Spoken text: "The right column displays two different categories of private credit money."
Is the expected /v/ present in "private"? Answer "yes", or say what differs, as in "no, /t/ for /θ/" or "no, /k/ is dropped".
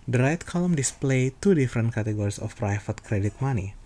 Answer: no, /f/ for /v/